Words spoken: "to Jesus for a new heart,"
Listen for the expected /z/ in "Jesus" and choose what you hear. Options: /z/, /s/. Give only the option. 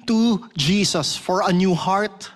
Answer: /s/